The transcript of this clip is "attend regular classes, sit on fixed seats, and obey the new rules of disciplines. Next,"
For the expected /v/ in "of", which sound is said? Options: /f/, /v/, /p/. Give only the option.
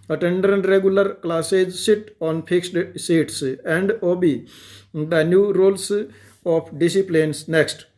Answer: /p/